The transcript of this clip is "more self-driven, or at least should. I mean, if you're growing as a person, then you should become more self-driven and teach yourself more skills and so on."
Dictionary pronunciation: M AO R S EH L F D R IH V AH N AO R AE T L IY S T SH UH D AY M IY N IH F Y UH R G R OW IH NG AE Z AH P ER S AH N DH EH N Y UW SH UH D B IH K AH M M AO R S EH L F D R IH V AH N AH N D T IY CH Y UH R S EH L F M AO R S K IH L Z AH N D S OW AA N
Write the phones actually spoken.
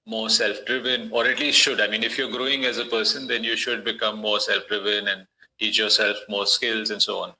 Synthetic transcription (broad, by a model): M AO R S EH L F D R IH V AH N AO R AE T L IY S T SH UH D AY M IY N IH F Y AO R G R OW IH NG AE Z AH P ER S AH N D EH N Y UW SH UH D B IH K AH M M AO R S EH L F D R IH V AH N AH N D T IY CH Y UH R S EH L F M AO R S K IH L Z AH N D S OW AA N